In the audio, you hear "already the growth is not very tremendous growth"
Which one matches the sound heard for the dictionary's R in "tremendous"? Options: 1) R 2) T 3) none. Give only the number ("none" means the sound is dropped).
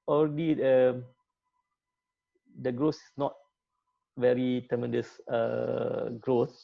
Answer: 3